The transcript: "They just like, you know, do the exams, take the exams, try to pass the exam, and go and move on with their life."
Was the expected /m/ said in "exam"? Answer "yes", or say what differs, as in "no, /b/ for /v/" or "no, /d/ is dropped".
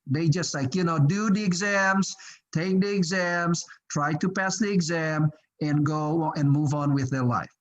yes